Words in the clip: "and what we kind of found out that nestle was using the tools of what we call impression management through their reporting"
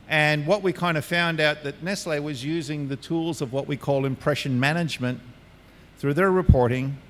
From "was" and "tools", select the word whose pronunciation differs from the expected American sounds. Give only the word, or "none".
none